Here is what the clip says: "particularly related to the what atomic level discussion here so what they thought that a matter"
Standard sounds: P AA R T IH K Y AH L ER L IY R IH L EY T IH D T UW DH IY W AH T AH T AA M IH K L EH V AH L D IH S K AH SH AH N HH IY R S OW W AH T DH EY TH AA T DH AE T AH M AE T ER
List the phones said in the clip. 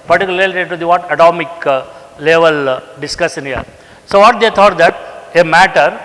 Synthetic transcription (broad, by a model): P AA R T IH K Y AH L L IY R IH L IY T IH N T UW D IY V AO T AH T AA M IH K L EH V AH L D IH S K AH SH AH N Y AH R S OW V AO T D EY T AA T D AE T AH M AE T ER